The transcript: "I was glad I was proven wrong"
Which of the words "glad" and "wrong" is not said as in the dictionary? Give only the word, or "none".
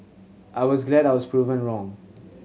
none